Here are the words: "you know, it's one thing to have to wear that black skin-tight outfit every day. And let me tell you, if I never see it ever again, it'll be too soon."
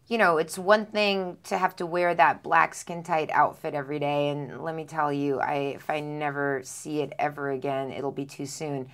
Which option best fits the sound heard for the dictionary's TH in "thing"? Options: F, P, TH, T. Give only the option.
TH